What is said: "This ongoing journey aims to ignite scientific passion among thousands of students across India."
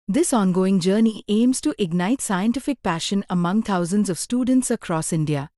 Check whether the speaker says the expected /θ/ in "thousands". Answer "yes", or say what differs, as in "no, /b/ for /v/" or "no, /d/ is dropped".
no, /t/ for /θ/